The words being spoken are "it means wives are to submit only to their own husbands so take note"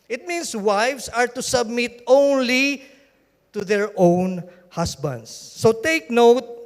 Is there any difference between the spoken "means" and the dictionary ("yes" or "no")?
yes